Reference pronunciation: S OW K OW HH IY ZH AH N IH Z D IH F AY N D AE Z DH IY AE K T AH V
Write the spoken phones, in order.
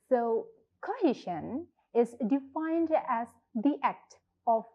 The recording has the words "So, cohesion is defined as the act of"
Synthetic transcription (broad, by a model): S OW K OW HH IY SH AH N IH Z D IH F AY N D AE Z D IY AE K T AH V